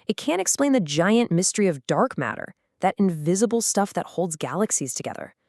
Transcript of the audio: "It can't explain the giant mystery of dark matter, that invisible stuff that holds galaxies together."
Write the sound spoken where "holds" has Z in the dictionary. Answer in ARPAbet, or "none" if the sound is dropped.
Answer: Z